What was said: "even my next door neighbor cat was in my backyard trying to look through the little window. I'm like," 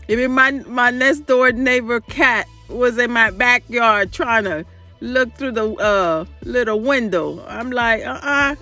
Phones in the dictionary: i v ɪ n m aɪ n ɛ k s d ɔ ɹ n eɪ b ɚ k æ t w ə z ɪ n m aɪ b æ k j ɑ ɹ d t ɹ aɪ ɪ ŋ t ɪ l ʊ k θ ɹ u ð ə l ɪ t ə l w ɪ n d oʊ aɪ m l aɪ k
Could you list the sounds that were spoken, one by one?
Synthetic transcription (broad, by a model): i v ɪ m m aɪ n ɛ k s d ɔ ɹ n eɪ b ɚ k æ t w ə z ɪ n m aɪ b æ k j ɑ ɹ d t ɹ aɪ ɪ ŋ t ɪ l ʊ k θ ɹ u ð ə l ɪ t l w ɪ n d oʊ aɪ m l aɪ k